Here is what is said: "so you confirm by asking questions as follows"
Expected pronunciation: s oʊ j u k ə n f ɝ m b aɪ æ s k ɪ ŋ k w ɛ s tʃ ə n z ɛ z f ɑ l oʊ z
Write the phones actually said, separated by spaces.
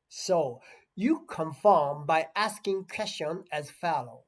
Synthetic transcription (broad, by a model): s oʊ j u k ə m f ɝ m b aɪ æ s k ɪ ŋ k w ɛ s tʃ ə n ɛ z f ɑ l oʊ